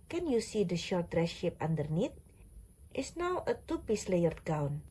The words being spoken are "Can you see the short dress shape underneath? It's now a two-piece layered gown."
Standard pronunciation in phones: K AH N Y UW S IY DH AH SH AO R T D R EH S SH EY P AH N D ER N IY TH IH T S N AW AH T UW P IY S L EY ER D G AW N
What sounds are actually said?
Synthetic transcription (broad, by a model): K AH N Y UW S IY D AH SH AO R T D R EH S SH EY P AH N D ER N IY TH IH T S N AW AH T UW P IY S L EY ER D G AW N